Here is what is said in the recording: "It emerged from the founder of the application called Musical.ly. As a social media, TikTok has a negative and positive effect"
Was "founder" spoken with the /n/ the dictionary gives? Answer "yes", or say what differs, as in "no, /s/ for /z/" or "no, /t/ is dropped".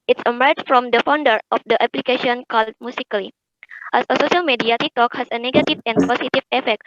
yes